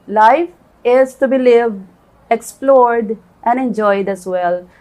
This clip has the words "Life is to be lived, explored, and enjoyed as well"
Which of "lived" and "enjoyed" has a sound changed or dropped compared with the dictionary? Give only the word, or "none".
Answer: lived